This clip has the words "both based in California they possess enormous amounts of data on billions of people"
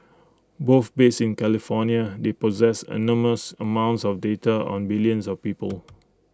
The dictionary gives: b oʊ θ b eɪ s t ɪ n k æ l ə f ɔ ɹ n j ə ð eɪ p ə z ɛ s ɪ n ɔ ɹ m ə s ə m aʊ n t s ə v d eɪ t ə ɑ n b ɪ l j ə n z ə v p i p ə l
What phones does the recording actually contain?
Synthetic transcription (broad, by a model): b oʊ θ b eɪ s ɪ n k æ l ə f ɔ n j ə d eɪ p ə z ɛ s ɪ n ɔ m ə s ə m aʊ n t s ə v d eɪ t ə ɑ n b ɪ l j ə n s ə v p i p ə l